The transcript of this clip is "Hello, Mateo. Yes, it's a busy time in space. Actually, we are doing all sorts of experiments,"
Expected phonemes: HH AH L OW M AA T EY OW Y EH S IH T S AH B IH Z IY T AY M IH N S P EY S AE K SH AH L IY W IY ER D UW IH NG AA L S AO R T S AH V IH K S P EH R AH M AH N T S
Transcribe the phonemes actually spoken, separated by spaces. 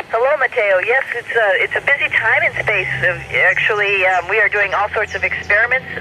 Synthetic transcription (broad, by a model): HH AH L OW M AA T EY OW Y EH S IH T S AH B IH Z IY T AY M IH N S P EY S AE K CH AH L IY W IY ER D UW IH NG AA L S AO R T S AH V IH K S P EH R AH M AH N T S